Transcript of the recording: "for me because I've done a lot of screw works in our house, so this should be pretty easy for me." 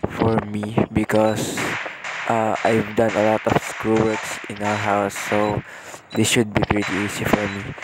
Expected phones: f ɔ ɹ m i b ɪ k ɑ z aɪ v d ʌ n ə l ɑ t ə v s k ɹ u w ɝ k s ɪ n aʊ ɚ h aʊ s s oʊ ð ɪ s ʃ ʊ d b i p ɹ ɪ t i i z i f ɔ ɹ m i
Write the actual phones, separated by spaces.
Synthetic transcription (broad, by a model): f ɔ ɹ m i b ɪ k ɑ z aɪ v d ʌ n ə l ɑ t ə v s k ɹ u w ɝ k s ɪ n aʊ ɚ h aʊ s s oʊ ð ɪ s ʃ ʊ d b i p ɹ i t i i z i f ɔ ɹ m i